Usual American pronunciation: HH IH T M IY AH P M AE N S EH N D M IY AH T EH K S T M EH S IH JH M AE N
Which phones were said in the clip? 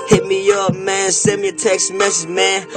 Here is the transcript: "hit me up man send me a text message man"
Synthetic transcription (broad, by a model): HH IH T M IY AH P M AE N S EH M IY AH T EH K S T M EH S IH Z M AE N